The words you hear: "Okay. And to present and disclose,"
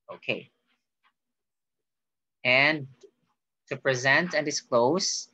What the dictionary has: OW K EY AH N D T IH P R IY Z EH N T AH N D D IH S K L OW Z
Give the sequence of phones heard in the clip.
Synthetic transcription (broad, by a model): OW K EY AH N T IH P R IY Z EH N T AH N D D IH S K L OW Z